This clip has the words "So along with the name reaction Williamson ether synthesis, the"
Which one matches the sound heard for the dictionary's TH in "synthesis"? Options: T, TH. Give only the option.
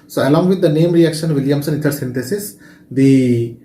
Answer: T